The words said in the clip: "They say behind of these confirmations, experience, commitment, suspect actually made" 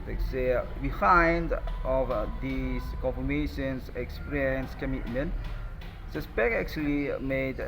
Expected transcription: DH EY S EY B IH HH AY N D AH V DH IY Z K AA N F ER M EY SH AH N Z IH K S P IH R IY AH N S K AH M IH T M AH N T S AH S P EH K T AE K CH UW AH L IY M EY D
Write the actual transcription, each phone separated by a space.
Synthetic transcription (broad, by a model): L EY S EY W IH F AY N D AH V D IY S K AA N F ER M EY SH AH N S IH K S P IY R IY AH N S K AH M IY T M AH N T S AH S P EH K AE K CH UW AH L IY M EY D